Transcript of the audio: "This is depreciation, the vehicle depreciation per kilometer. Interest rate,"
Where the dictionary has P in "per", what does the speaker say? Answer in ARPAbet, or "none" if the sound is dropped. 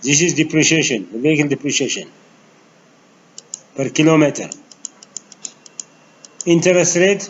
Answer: P